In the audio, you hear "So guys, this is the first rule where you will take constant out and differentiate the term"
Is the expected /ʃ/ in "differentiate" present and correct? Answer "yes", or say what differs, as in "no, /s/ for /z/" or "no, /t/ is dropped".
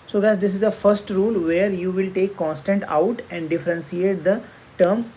no, /s/ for /ʃ/